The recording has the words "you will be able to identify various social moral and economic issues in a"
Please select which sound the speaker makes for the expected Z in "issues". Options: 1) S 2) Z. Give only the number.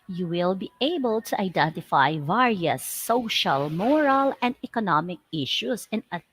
1